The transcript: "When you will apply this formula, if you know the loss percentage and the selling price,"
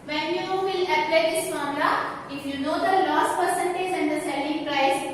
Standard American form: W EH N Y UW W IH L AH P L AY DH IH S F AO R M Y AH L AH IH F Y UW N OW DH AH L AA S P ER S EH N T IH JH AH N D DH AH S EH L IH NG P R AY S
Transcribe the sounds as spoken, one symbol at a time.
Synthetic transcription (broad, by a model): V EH N Y UW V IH L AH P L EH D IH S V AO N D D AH AH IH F Y UW N OW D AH L AA S P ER S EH N T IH JH AH N D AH S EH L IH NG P R AY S